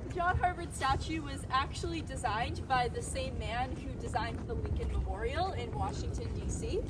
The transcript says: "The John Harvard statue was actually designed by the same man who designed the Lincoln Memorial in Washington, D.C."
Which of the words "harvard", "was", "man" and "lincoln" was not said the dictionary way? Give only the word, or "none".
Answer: lincoln